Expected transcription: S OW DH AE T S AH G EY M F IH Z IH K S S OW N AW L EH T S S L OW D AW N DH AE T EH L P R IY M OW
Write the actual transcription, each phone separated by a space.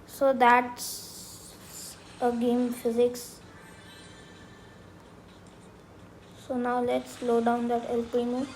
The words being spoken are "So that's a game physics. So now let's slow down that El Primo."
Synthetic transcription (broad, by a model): S OW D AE T S AH G EY M F IH Z IH K S S OW N AW L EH T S S L OW D AW N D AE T EH L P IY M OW